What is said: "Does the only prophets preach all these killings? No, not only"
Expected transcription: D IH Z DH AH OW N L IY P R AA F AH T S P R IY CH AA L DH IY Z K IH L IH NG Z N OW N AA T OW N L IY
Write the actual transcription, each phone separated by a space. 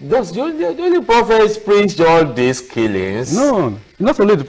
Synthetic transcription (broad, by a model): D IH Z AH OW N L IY P R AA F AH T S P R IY S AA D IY S K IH L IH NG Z N OW N AA T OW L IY